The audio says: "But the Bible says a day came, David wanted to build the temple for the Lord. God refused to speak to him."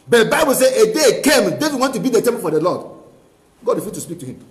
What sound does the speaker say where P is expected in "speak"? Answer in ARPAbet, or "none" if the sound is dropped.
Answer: P